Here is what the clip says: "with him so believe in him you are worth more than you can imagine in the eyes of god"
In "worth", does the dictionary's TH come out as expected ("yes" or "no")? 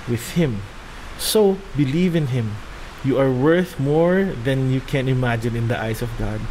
yes